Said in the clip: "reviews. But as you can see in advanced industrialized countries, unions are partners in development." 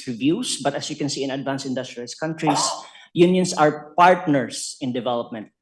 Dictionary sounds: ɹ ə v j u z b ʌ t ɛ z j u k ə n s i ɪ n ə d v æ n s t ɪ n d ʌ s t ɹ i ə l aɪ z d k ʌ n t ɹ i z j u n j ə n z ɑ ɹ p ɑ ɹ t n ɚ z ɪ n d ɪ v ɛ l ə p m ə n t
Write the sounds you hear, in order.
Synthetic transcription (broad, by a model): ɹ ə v j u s b ʌ t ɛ s j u k ə n s i ɪ n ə d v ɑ n s ɪ n d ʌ s t ɹ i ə l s k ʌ n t ɹ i s j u n j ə n s ɑ ɹ p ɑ ɹ t n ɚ s ɪ n d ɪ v ɛ l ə p m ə n t